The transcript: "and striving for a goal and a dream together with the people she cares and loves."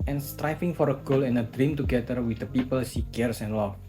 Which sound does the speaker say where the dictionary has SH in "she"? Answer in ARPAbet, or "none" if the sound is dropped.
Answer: S